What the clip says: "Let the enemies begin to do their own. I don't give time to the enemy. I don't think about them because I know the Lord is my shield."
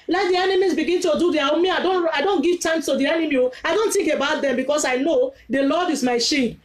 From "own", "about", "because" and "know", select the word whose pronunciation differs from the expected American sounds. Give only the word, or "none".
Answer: because